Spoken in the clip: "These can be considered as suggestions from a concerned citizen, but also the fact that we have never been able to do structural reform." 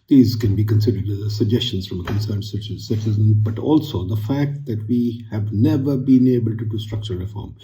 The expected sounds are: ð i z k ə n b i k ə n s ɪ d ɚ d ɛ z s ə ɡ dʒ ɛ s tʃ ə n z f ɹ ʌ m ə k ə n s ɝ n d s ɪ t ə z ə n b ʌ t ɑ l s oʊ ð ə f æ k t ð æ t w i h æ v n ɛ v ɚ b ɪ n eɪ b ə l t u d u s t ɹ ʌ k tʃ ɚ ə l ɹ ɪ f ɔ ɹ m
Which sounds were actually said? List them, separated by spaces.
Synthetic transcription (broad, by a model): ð i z k ə n b i k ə n s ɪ d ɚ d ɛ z s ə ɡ dʒ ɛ s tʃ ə n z f ɹ ʌ m ə k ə n s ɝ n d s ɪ s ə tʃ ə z b ʌ t ɑ l s oʊ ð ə f æ k t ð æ t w i h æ v n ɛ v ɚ b ɪ n eɪ b ə l t u d u s t ɹ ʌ k tʃ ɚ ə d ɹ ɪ f ɔ ɹ m